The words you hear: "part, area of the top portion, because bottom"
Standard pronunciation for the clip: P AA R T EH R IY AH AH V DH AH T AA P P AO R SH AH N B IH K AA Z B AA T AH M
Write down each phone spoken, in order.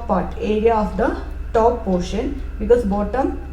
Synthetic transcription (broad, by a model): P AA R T EH R IY AH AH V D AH T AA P P AO R SH AH N B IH K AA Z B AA T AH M